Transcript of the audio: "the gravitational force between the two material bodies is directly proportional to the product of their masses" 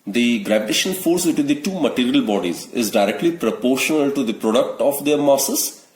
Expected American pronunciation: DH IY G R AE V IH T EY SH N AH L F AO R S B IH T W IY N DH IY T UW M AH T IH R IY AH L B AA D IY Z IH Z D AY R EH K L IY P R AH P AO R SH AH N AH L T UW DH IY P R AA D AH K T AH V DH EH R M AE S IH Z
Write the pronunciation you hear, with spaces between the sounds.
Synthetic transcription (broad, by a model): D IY G R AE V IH T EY SH AH N F AO R S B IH T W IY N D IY T UW M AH T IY R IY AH L B AA D IY Z IH Z D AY R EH K L IY P R AH P AO R SH AH N AH L T UW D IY P R AA D AH K T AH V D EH R M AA S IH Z